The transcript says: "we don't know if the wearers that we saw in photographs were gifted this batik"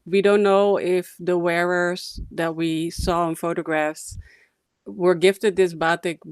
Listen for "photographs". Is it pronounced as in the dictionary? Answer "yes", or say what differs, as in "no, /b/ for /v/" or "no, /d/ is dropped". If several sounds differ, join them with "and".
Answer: yes